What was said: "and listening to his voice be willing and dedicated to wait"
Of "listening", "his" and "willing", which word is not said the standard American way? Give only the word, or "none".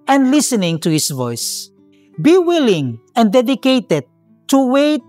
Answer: his